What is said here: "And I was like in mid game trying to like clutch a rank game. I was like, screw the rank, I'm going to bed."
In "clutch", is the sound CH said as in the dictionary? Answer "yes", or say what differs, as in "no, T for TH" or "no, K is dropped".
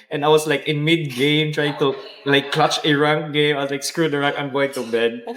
yes